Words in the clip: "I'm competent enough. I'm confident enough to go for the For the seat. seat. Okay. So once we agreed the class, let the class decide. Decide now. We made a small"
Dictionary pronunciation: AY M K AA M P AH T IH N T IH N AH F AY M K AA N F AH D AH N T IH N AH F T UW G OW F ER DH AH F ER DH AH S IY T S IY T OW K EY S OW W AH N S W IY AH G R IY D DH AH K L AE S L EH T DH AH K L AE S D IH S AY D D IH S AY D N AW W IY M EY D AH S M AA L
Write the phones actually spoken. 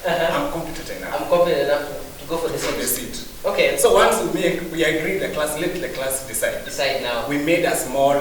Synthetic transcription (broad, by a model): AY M K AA M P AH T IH T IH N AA AY M K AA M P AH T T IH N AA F T UW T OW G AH F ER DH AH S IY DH S IY T OW K EY S OW W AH N S W IY AH G R IY D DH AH K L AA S L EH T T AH K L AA S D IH S AY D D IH S AY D N AW W IY M EY D AH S M AA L